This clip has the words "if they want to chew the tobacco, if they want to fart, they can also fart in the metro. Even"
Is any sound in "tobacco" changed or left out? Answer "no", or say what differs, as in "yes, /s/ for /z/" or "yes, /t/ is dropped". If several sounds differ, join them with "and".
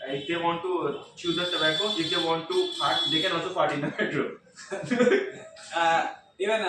yes, /s/ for /t/